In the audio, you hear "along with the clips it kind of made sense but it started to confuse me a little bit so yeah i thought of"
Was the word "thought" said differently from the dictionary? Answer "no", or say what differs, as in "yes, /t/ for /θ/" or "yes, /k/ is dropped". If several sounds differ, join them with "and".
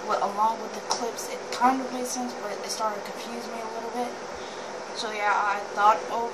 no